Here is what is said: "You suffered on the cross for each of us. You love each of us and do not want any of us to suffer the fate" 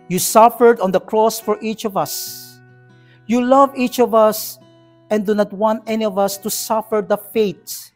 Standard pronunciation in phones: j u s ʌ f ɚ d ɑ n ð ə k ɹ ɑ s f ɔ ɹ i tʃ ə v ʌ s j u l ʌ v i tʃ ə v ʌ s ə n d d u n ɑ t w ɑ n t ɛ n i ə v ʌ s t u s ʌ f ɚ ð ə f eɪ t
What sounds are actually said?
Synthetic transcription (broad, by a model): j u s ʌ f ɚ d ɑ n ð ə k ɹ ɑ s f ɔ ɹ i tʃ ə v ʌ s j u l ʌ v i tʃ ə v ʌ s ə n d d u n ɑ t w ɑ n t ɛ n i ə v ʌ s t u s ʌ f ɚ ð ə f eɪ t